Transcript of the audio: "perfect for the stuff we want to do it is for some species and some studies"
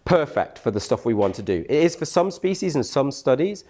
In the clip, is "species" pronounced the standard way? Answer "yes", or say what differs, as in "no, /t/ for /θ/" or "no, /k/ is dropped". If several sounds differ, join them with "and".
yes